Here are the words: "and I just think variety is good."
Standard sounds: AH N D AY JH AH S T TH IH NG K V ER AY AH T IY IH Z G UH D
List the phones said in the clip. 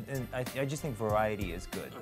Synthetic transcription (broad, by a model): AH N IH AY JH AH S T TH IH NG K V ER AY AH T IY IH Z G UH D